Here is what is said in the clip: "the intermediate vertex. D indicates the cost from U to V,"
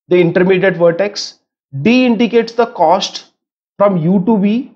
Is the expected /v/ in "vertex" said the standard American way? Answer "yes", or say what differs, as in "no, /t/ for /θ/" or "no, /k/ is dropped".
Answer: yes